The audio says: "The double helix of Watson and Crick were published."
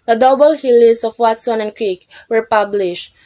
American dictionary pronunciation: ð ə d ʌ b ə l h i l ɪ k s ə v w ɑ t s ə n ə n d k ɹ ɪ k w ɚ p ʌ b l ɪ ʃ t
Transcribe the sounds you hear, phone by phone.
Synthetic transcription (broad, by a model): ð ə d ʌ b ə l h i l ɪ s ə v w ɑ t s ə n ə n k ɹ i k w ɚ p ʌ b l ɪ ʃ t